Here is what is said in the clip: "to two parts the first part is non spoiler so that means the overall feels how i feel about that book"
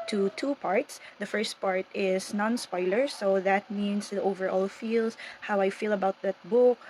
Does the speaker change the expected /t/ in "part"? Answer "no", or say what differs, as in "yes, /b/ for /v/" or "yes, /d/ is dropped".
no